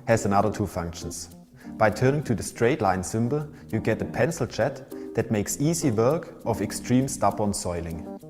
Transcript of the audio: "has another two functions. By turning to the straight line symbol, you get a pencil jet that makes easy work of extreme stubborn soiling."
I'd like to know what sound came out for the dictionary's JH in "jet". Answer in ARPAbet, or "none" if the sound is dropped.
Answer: CH